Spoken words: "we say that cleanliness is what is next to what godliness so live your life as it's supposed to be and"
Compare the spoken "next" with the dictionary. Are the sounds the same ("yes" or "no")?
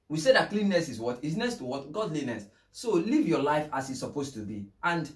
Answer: no